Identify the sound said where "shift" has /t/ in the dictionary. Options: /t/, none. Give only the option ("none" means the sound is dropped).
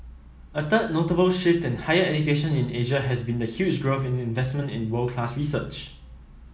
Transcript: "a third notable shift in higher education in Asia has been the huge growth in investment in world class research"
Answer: /t/